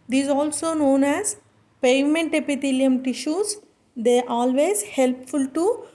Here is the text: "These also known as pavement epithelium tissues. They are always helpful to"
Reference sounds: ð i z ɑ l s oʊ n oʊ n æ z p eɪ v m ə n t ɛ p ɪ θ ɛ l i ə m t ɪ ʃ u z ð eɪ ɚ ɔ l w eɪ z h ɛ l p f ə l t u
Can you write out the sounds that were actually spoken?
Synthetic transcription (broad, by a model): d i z ɑ l s oʊ n oʊ n æ z p eɪ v m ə n t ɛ p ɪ t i l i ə m t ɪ ʃ u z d eɪ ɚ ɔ l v eɪ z h ɛ l p f ə l t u